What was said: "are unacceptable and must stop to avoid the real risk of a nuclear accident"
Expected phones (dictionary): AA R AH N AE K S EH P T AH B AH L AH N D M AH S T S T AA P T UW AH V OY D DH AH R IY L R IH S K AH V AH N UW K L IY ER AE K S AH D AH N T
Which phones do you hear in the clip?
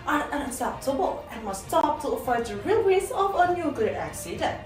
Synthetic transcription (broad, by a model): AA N AH N AE K S EH P T AH B AH L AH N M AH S S T AA P T UW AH F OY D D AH R IY L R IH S AH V AH N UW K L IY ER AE K S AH D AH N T